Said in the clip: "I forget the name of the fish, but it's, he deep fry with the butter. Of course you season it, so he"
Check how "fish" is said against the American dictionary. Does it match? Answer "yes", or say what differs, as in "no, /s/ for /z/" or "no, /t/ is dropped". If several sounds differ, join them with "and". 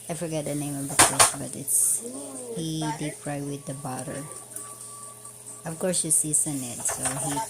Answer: no, /s/ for /ʃ/